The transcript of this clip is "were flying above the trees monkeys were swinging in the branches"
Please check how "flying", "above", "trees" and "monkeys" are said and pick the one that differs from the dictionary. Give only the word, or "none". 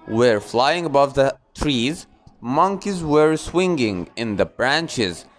none